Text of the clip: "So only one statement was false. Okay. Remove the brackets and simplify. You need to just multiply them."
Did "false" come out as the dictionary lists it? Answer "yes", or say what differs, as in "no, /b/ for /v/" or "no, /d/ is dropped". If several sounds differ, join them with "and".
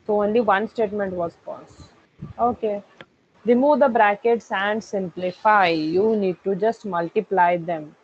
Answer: no, /l/ is dropped